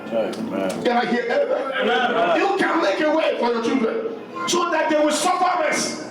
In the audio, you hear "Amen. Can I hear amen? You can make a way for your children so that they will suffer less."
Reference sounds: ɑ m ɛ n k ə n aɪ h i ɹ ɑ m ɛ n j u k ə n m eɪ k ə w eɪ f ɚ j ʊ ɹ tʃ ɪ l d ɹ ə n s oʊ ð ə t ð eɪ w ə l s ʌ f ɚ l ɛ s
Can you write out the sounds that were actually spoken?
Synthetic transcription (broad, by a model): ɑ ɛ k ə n aɪ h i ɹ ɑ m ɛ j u k ə n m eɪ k ə w eɪ f ɚ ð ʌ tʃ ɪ d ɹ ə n s oʊ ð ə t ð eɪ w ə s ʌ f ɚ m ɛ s